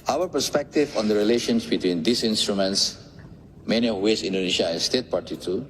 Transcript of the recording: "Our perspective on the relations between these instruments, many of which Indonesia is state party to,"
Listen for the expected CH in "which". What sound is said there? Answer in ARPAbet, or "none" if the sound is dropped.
S